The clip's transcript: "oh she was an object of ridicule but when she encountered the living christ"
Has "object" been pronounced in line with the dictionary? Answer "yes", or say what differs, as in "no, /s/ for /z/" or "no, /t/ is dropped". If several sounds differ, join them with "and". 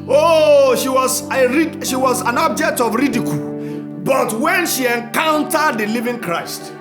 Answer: yes